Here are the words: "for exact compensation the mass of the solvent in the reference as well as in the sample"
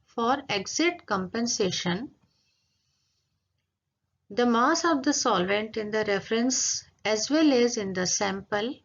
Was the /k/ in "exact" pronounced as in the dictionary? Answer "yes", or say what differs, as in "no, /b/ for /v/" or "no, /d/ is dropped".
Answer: no, /k/ is dropped